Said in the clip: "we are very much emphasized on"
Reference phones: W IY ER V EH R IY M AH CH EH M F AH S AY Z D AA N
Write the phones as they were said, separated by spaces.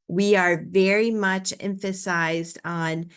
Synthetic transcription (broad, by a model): W IY ER V EH R IY M AH CH EH M F AH S AY Z D N